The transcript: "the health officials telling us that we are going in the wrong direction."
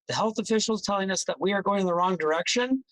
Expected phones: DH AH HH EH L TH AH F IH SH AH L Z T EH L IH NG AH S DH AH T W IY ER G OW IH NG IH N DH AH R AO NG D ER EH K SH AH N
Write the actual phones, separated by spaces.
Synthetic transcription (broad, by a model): DH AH HH EH L TH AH F IH SH L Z T EH L IH NG AH S DH AH T W IY ER G OW IH NG IH N DH AH R AO NG D ER EH K SH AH N